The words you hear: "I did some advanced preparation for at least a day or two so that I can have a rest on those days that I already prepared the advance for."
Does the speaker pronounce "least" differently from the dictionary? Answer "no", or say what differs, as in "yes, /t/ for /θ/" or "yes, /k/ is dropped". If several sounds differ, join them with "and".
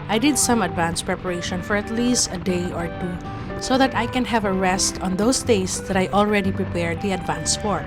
no